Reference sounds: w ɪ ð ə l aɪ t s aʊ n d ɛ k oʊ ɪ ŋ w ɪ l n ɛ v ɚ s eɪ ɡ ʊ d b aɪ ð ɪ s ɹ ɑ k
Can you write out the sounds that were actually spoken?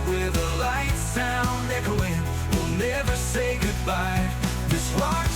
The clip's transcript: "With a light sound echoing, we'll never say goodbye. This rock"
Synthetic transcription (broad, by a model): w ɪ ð ə l aɪ t s aʊ n ɛ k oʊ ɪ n w ɪ l n ɛ v ɚ s eɪ ɡ ʊ d b aɪ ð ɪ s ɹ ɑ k